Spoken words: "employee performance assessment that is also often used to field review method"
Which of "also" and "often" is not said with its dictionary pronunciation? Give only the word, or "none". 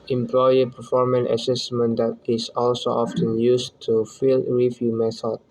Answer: none